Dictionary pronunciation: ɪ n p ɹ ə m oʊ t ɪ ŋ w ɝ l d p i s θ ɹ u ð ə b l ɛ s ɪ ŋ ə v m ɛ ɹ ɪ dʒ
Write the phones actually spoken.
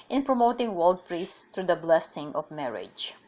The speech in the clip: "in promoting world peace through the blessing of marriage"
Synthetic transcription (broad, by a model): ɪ n p ɹ ə m oʊ t ɪ ŋ w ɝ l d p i s t ɹ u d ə b l ɛ s ɪ ŋ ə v m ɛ ɹ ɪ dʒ